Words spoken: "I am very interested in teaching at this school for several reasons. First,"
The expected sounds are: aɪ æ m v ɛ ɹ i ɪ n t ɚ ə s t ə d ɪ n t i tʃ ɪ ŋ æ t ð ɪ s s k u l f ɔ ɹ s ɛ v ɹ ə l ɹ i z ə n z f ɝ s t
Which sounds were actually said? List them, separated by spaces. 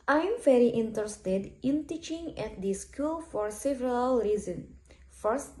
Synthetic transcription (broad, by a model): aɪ m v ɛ ɹ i ɪ n t ɚ ə s t ə d ɪ n t i tʃ ɪ ŋ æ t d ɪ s s k u l f ɔ ɹ s ɛ v ɹ ə l ɹ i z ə n f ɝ s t